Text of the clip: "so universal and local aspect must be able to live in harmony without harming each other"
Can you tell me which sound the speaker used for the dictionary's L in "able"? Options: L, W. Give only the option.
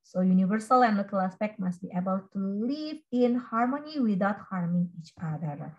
W